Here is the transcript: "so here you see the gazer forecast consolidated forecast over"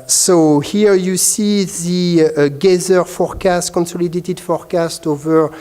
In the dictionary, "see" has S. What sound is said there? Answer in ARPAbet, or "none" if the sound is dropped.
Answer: S